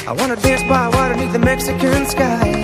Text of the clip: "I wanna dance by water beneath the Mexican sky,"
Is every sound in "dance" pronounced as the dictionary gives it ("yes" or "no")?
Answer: yes